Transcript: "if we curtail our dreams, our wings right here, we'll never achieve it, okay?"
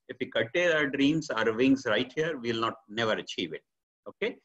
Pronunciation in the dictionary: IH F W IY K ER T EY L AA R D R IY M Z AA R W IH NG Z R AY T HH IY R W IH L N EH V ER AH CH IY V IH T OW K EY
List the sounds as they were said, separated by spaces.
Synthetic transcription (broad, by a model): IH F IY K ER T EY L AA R D R IY M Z AA R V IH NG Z R AY T HH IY R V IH L N EH V ER AH CH IY V IH T OW K EY